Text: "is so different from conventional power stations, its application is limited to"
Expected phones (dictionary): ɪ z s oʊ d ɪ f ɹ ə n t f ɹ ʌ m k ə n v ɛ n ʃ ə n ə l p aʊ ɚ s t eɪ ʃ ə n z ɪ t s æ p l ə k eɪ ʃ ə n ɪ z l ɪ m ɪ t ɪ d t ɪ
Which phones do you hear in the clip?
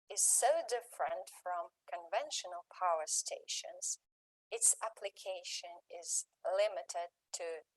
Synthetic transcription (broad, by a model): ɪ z s oʊ d ɪ f ɹ ə n t f ɹ ʌ m k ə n v ɛ n ʃ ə n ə l p aʊ ɚ s t eɪ ʃ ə n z ɪ t s æ p l ə k eɪ ʃ ə n ɪ z l ɪ m ɪ t ɪ d t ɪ